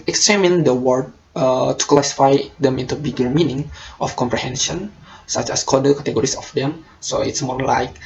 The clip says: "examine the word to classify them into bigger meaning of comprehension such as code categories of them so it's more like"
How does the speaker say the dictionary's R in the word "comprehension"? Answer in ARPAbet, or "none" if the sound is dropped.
R